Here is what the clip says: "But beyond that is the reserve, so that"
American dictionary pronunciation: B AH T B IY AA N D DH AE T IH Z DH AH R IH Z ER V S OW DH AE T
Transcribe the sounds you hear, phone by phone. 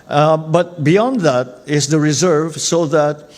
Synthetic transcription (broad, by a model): B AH T B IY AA N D DH AE T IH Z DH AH R IH Z ER V S OW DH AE T